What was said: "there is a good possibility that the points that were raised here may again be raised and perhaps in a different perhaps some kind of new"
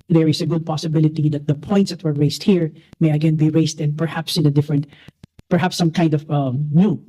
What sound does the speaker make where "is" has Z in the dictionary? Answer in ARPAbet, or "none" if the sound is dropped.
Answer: S